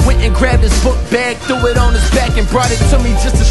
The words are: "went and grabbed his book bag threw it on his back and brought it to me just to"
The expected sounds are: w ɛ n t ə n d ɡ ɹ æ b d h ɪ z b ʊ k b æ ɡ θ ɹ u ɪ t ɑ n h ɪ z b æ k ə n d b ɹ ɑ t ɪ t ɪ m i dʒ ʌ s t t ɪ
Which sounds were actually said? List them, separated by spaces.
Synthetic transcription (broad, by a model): w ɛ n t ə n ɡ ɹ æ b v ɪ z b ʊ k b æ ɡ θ u ɪ t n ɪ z b æ k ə n b ɹ ɑ t ɪ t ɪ m i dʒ ʌ s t t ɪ